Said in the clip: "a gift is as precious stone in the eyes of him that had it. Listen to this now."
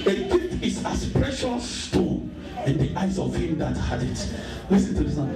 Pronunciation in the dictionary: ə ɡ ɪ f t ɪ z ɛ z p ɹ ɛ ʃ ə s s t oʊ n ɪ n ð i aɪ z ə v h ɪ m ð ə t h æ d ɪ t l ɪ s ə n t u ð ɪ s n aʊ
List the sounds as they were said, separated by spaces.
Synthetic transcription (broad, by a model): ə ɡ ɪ t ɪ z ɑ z p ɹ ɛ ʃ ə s s t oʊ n ɪ n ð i aɪ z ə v h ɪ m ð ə t h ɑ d ɪ t l ɪ s ə n t u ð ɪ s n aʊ